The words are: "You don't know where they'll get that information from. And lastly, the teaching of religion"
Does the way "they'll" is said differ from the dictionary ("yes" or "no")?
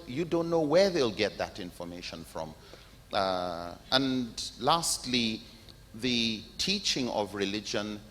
no